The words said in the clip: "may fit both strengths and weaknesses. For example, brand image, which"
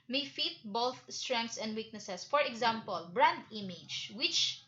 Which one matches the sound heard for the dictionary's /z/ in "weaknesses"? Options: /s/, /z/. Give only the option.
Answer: /s/